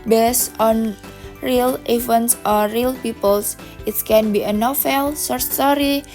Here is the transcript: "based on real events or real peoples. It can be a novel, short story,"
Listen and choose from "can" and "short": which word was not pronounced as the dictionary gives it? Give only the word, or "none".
short